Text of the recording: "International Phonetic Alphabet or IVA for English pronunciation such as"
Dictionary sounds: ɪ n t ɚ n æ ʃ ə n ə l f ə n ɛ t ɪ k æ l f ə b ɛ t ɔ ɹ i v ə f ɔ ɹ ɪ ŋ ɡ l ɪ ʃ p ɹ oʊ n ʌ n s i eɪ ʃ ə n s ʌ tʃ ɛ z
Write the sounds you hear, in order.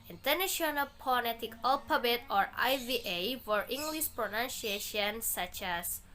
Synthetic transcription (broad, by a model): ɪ n t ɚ n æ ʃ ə n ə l p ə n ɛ t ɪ k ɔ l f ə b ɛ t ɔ ɹ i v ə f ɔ ɹ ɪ ŋ ɡ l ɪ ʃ p ɹ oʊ n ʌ n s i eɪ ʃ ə n s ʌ tʃ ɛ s